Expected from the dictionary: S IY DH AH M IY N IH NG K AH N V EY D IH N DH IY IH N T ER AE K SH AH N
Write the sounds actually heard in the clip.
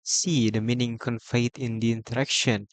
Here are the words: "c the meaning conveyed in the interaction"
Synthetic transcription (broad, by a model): S IY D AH M IY N IH NG K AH N F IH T IH N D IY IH N T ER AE K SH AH N